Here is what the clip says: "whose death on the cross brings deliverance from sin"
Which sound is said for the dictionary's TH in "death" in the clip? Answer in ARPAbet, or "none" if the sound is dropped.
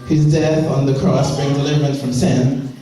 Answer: TH